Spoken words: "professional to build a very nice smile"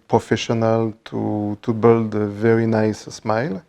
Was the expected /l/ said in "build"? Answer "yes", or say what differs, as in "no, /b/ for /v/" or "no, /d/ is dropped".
yes